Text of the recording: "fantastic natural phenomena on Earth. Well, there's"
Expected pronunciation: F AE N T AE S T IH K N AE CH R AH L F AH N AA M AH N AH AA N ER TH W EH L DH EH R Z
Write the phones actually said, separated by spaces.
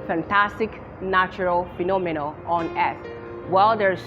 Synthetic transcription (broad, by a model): F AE N T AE S T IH K N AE CH R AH L F AH N AA M AH N AH AA N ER S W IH L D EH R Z